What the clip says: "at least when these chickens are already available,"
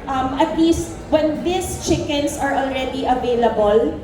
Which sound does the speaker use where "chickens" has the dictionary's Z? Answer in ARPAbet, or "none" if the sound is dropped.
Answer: S